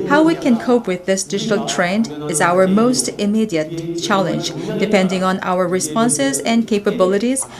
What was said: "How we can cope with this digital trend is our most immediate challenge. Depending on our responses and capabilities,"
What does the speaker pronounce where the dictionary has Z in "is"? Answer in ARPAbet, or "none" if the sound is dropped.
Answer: Z